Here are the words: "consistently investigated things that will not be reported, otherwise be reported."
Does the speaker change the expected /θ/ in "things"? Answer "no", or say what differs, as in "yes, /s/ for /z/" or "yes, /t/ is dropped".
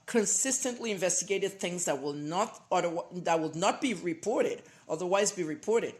no